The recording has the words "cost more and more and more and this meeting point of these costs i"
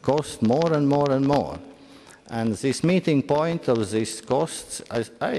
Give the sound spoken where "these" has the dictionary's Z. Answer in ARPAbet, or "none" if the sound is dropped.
S